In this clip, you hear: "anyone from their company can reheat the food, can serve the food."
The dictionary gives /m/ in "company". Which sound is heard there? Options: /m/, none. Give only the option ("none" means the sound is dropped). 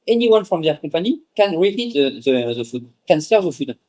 none